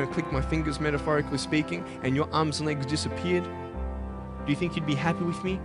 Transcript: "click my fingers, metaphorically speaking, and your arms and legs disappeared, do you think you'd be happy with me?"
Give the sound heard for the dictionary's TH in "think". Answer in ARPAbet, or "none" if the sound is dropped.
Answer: TH